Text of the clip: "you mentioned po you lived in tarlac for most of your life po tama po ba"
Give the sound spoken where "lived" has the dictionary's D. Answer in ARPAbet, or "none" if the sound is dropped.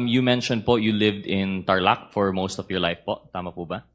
D